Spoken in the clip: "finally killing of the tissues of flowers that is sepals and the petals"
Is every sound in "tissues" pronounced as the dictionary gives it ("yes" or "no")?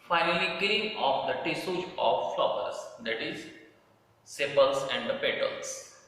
no